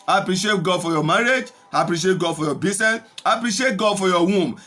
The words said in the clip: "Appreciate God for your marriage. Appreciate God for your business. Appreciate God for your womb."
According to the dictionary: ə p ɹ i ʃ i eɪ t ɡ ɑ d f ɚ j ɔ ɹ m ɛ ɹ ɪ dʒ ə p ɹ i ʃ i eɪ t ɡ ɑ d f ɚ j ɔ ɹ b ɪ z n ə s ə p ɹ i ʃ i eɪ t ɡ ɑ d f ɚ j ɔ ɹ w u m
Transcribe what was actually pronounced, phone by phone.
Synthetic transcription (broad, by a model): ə p ɹ i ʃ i eɪ t ɡ ɑ d f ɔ j ɔ m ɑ ɹ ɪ dʒ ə p ɹ i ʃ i eɪ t ɡ ɑ d f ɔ j ɔ b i s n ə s ə p ɹ i ʃ i eɪ t ɡ ɑ d f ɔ j ɔ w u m